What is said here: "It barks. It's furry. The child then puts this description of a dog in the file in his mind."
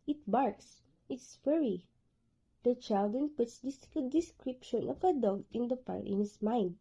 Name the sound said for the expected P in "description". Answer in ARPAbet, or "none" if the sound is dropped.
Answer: P